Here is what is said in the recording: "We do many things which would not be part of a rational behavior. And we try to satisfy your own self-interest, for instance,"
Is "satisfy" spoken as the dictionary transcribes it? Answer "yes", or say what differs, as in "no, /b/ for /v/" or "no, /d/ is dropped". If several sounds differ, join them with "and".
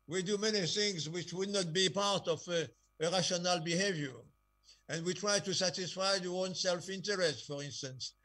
yes